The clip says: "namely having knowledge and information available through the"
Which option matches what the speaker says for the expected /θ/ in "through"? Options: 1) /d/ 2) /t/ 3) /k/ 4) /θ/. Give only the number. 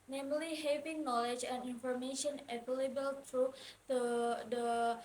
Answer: 2